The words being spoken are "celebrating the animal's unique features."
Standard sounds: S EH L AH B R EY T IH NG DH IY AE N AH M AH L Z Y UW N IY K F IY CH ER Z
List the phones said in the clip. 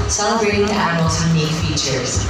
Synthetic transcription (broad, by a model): S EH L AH B R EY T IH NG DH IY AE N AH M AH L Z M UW IH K F IY CH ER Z